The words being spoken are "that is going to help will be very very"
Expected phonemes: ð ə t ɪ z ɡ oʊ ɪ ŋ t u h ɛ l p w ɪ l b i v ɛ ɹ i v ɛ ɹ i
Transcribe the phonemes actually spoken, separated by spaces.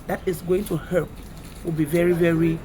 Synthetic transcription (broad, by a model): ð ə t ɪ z ɡ oʊ ɪ ŋ t u h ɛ p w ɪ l b i v ɛ ɹ i v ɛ ɹ i